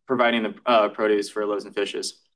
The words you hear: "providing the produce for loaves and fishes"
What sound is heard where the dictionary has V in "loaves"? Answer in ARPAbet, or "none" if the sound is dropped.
none